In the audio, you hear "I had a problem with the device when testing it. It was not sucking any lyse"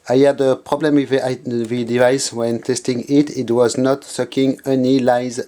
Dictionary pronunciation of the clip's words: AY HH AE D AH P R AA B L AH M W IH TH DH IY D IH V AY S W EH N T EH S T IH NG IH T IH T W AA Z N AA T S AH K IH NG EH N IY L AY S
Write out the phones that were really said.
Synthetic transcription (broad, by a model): AY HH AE D AH P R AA B L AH M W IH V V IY D IH V AY S W EH N T EH S T IH NG IH T IH T W AA Z N AA T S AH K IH NG EH N IY L AY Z